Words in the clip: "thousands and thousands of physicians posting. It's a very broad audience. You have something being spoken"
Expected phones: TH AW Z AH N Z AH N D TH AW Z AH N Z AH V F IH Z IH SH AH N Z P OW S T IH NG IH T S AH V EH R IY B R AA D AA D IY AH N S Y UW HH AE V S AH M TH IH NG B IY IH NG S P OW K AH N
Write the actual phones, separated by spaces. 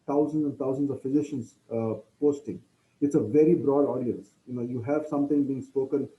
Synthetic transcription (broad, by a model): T AW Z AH N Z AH N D T AW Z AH N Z AH V F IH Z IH SH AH N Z P OW S T IH NG IH T S AH V EH R IY B R AA D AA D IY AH N S Y UW HH AE V S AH M T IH NG B IY IH NG S P OW K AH N